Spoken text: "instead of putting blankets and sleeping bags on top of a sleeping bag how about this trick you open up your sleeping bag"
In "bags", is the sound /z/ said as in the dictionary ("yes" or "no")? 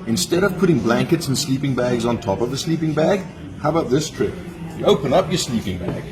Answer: yes